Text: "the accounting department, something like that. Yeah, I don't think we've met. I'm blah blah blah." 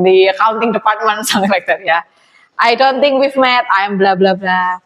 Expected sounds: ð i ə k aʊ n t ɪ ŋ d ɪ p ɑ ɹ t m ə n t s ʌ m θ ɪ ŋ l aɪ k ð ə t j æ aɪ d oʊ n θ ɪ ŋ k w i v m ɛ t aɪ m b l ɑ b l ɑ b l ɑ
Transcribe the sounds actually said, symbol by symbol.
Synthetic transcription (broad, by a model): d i ə k aʊ n t ɪ ŋ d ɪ p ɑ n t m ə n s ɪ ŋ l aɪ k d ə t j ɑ aɪ d oʊ n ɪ ŋ k w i f m ɛ t aɪ m b l ɑ b l ɑ b l ɑ